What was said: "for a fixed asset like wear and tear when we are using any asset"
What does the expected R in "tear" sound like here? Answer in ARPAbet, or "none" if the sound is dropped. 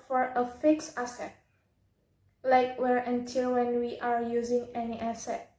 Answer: L